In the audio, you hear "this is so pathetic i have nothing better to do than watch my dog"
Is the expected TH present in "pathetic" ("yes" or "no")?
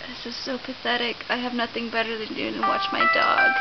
yes